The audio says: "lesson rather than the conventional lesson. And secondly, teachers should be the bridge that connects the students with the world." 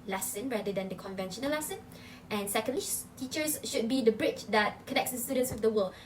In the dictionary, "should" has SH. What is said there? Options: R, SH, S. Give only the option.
SH